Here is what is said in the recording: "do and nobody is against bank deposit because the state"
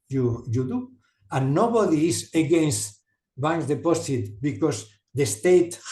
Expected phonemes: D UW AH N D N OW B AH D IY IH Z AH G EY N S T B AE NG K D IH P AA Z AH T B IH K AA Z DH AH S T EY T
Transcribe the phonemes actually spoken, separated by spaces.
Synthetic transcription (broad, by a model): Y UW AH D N OW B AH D IY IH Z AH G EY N S T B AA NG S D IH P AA S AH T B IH K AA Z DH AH S T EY T